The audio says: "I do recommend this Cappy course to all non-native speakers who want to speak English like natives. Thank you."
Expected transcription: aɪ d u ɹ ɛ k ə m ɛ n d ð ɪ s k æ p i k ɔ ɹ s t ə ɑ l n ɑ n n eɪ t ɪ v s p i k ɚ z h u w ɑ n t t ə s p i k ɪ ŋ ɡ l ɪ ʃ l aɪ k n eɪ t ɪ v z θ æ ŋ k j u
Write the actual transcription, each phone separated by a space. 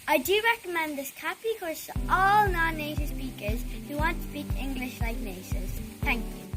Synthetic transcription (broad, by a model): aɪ d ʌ ɹ ɛ k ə m ɛ n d ð ɪ s k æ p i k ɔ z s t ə ɑ l n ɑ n n eɪ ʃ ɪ s p i k ɚ z h u w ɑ n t t ə s p i k ɪ ŋ ɡ l ɪ ʃ l aɪ k n eɪ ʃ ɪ z θ æ ŋ k j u